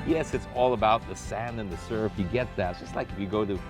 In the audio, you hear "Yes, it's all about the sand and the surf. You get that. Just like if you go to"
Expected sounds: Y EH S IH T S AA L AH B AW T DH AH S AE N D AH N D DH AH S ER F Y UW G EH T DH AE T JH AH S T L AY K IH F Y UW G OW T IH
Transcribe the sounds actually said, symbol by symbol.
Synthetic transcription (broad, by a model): Y EH S IH T S AA L AH B AW T DH AH S AE N D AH N DH AH S ER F Y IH G EH T DH AE T JH AH S T L AY K IH F Y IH G OW T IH